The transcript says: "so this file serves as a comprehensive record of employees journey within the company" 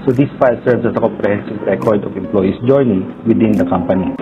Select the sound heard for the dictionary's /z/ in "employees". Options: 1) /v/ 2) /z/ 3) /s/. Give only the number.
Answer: 3